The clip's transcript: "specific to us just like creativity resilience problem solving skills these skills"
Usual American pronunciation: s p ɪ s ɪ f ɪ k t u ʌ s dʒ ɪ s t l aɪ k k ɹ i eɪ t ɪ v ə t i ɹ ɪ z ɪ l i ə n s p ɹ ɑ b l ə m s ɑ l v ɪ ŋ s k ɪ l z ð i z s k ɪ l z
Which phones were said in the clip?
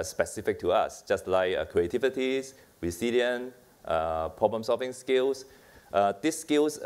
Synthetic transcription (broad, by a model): s p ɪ s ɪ f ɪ k t u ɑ s dʒ ɪ s t l aɪ k k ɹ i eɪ t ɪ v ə t i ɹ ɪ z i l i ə n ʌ p ɹ ɑ b l ə m s ɑ l v ɪ ŋ s k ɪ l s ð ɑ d s k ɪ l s